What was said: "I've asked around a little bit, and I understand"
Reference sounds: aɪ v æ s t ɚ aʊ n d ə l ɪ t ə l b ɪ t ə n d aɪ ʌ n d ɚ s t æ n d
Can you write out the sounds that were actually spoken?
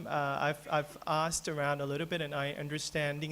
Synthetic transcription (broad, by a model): aɪ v æ s t ɚ aʊ n d ə l ɪ t l b ɪ t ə n aɪ ʌ n d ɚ s t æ n d